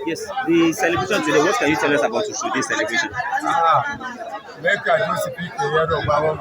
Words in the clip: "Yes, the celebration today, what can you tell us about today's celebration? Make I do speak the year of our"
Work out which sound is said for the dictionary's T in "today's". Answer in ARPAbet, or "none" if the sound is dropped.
S